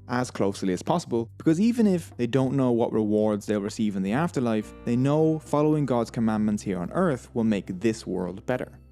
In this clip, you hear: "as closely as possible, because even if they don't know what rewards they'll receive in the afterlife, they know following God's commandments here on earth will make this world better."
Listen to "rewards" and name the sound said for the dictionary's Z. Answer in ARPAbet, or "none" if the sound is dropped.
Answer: Z